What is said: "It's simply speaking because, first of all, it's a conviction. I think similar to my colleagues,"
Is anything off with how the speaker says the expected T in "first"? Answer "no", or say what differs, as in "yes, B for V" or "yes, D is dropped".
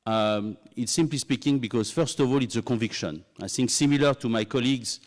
no